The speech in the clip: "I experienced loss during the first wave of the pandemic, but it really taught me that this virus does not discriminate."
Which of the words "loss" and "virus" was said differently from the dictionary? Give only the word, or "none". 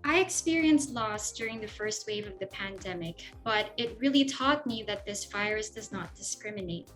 virus